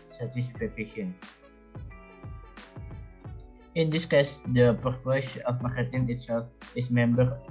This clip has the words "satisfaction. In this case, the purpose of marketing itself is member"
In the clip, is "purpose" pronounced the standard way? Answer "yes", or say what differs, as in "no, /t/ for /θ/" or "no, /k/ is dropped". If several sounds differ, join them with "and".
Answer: no, /ʃ/ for /s/